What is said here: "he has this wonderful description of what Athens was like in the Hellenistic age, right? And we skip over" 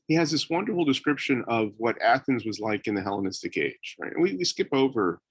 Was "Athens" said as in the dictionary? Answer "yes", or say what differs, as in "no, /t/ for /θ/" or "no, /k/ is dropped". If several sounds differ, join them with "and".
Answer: yes